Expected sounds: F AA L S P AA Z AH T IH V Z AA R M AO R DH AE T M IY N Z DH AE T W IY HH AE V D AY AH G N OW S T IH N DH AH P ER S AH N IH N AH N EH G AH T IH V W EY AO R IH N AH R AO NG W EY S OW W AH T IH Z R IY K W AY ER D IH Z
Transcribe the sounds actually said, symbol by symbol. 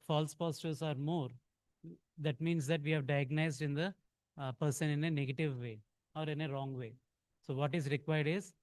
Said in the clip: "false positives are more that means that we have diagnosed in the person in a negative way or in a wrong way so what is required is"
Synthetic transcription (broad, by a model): F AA L S P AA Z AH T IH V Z AA R M AO R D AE T M IY N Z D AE T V IY HH AE V D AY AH G N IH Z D IH N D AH P ER S AH N IH N AH N EH G AH T IH V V EY AO R IH N AH R AO NG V EY S OW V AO T IH Z R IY K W AY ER D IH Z